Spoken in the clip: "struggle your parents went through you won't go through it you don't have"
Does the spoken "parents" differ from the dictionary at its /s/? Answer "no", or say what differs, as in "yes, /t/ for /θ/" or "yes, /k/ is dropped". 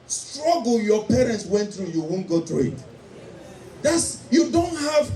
no